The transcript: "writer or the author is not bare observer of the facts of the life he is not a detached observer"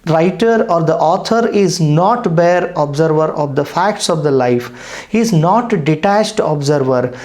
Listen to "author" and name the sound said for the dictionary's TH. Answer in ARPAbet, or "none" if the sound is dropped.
T